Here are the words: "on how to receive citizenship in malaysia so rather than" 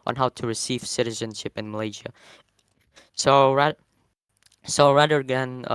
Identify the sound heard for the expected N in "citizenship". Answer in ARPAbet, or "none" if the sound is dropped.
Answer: N